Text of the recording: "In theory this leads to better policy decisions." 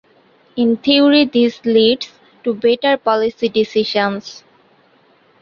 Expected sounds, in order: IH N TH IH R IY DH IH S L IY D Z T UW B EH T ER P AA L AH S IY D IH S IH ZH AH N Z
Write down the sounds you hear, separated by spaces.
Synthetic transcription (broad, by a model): IH N T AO R IY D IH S L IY D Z T UW B EH T ER P AA L AH S IY D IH S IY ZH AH N S